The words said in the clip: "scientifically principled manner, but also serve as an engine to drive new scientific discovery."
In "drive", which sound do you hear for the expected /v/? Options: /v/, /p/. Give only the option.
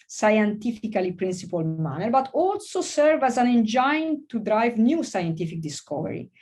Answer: /v/